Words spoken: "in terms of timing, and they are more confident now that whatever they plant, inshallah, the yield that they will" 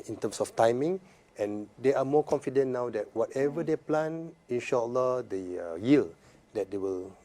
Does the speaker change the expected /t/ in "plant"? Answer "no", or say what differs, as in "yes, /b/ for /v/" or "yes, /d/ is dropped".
yes, /t/ is dropped